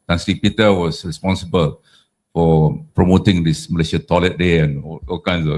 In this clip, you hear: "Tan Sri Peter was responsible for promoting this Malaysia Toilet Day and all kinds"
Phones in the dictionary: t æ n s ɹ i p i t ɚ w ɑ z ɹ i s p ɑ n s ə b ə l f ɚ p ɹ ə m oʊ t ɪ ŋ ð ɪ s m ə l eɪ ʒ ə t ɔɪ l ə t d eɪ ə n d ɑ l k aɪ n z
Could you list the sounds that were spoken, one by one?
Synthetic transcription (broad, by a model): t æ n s l i p i t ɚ w ɑ s ɹ i s p ɑ n s ə b ə l f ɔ p ɹ ə m oʊ t ɪ ŋ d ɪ s m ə l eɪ ʃ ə t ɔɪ l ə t d eɪ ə n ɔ ɑ l k aɪ n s